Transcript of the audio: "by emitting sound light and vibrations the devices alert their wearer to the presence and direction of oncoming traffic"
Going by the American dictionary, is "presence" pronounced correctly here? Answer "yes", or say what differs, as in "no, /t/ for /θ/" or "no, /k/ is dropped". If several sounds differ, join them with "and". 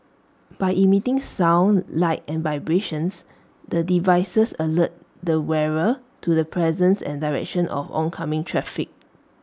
yes